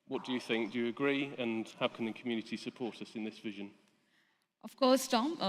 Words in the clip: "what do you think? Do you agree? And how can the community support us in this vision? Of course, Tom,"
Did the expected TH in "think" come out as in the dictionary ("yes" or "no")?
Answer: yes